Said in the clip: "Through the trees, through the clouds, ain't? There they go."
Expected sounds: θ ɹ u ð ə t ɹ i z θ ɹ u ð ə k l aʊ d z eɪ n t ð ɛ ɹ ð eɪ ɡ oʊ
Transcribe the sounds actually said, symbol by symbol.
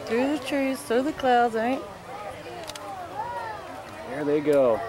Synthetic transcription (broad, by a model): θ ɹ u ð ə t ɹ i z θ u ð ə k l aʊ d z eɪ t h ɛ ɹ ð eɪ ɡ oʊ